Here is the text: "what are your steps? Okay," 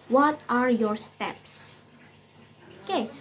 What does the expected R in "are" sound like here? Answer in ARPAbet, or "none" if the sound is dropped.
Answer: R